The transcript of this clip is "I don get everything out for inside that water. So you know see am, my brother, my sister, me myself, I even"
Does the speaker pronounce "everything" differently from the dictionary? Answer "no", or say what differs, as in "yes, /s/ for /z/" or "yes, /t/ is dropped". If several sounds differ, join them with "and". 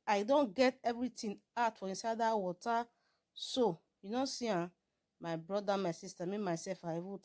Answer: yes, /t/ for /θ/